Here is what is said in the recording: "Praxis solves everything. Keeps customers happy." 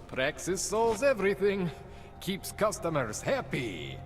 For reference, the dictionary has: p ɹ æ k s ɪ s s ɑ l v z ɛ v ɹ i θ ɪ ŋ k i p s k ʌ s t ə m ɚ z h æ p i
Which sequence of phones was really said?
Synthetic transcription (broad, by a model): p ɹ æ k s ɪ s s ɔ l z ɛ v ɹ i θ ɪ ŋ k i p s k ʌ s t ə m ɚ z h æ p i